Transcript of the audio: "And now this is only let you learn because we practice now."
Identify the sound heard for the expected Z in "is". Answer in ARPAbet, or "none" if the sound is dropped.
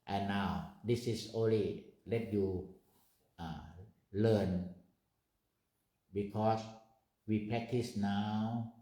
S